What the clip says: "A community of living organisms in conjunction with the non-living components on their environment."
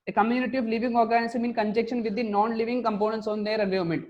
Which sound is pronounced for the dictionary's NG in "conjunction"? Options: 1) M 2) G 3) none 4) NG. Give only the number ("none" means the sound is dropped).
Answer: 3